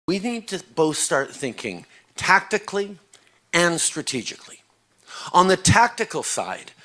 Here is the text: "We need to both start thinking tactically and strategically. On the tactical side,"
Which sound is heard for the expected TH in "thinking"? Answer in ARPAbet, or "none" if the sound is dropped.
TH